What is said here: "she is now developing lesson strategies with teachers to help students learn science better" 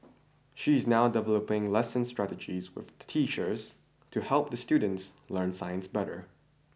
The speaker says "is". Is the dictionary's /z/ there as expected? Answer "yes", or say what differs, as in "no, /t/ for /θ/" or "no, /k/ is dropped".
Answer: yes